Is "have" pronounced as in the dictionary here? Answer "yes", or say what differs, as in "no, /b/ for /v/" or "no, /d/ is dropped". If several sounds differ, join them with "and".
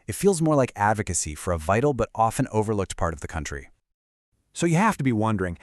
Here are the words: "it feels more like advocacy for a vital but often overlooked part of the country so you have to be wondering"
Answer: no, /f/ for /v/